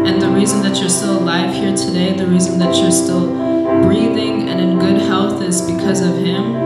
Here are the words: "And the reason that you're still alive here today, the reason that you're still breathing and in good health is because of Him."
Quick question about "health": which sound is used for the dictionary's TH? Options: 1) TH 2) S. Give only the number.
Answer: 1